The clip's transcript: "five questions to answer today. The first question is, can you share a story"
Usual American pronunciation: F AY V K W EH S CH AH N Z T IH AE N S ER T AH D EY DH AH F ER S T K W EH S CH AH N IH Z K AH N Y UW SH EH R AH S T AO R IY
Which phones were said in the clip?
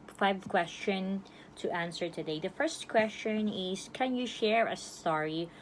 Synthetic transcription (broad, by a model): F AY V K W EH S CH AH N T IH AE N S ER T AH D EY DH AH F ER S T K W EH S CH AH N IH Z K AH N Y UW SH EH R AH S T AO R IY